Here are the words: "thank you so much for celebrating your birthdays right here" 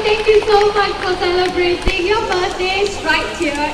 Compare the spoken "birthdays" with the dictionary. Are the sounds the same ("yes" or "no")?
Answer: no